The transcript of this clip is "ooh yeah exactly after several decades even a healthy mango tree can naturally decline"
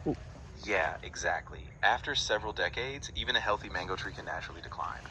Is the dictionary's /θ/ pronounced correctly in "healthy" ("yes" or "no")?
yes